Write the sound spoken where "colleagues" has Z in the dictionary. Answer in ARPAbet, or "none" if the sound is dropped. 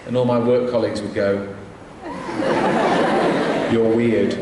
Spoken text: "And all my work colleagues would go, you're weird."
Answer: Z